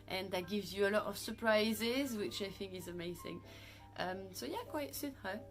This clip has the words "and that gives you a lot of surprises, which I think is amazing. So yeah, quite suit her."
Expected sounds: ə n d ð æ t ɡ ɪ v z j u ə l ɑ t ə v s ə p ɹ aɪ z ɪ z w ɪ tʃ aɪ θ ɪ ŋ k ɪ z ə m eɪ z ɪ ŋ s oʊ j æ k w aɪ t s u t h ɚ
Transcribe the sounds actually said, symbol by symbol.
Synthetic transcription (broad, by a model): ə n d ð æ t ɡ ɪ v z j u ə l ɑ t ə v s ə p ɹ aɪ z ɪ z w ɪ tʃ aɪ θ ɪ ŋ k ɪ z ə m eɪ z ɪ ŋ s oʊ j æ k w aɪ t s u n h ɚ